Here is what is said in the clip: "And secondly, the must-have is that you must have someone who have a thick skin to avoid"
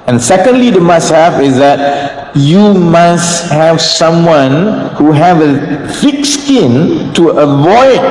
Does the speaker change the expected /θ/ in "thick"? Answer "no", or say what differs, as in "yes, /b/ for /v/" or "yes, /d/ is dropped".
yes, /f/ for /θ/